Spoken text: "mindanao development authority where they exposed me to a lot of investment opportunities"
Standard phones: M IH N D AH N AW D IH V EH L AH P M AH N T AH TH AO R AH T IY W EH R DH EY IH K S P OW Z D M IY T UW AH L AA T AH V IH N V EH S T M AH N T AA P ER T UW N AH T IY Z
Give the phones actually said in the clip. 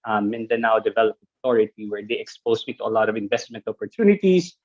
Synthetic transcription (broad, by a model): M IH N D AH N AW D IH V EH L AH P AH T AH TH AO R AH T IY W EH R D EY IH K S P OW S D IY T UW AH L AA T AH V IH N V EH S T M AH N T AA P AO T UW N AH T IY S